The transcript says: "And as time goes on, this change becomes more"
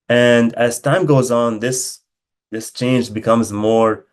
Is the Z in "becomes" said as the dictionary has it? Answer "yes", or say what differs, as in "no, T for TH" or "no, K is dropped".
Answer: yes